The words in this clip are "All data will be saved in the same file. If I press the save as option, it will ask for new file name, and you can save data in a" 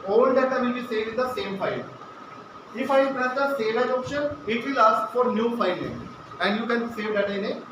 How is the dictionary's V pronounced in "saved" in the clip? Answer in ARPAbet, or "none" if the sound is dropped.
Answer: none